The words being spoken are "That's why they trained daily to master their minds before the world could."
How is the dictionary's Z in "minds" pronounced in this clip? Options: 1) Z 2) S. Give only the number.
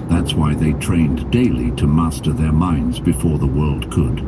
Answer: 1